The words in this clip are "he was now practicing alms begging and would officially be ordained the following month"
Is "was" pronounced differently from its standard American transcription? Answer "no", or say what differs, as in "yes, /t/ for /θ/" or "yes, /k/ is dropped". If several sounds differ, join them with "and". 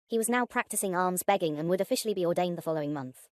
no